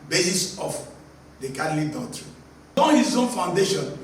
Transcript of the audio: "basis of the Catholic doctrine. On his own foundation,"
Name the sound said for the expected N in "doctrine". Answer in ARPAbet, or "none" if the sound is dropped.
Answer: none